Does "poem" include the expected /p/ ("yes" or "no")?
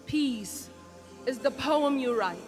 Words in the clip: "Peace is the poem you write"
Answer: yes